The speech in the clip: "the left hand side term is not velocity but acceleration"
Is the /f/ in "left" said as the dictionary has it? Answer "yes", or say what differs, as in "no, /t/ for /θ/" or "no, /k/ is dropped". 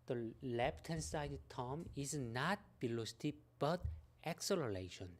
no, /p/ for /f/